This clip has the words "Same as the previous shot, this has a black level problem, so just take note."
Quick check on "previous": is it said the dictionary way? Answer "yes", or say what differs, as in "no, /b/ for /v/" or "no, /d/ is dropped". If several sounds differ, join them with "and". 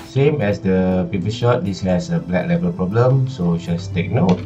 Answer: no, /p/ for /v/